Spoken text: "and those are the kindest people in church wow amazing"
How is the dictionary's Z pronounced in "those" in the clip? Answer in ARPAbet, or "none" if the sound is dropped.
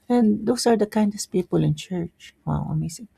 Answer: S